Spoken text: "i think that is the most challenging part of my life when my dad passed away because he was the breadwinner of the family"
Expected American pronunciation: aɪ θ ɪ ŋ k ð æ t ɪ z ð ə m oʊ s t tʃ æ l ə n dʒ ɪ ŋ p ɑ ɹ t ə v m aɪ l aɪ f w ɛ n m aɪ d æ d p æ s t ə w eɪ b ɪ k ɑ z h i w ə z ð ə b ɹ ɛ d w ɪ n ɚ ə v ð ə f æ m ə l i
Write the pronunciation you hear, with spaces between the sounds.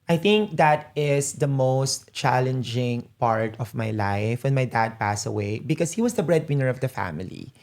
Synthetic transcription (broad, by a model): aɪ θ ɪ ŋ k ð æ t ɪ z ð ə m oʊ s t tʃ æ l ə n dʒ ɪ ŋ p ɑ ɹ t ə v m aɪ l aɪ f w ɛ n m aɪ d æ d p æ s ə w eɪ b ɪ k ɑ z h i w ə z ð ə b ɹ ɛ d w ɪ n ɚ ə v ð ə f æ m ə l i